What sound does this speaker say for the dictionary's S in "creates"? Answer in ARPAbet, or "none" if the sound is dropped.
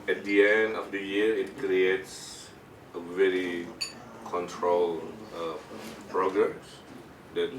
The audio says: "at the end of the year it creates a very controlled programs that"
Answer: S